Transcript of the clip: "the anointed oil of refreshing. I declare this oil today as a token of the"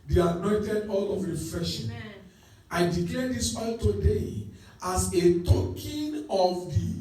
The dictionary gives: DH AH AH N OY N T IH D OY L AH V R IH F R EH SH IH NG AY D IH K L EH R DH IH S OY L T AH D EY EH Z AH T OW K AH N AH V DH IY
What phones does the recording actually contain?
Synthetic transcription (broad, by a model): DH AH AH N OY N T IH D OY L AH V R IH F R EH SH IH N AY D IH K EH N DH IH S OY L T AH D EY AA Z AH T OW K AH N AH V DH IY